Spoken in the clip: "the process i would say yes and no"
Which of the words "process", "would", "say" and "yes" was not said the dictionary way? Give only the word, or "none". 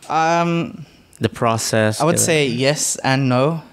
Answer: none